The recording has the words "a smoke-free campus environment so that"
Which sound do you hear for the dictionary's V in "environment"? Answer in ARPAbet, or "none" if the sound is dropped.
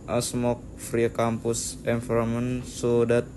F